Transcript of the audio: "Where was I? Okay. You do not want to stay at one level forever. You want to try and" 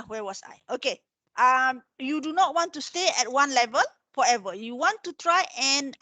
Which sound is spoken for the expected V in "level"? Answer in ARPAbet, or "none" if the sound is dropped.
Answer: V